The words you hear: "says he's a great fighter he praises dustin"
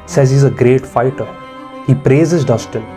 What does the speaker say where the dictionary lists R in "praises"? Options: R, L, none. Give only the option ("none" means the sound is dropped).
R